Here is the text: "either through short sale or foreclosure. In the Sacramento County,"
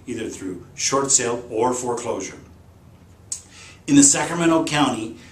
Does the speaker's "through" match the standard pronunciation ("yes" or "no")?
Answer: yes